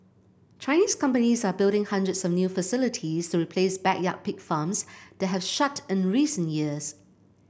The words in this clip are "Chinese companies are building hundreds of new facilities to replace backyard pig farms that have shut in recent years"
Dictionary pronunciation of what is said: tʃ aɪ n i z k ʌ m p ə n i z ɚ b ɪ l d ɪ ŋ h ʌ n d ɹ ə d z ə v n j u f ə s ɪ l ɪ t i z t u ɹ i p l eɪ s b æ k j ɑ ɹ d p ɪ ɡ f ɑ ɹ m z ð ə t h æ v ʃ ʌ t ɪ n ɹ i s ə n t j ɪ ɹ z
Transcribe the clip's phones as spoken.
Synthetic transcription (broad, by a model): tʃ aɪ n i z k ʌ m p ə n i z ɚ b ɪ l d ɪ ŋ h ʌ n d ɹ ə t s ə v n j u f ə s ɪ l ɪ t i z t u ɹ i p l eɪ s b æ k j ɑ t p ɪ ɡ f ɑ m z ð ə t h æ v ʃ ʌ t ɪ n ɹ i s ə n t j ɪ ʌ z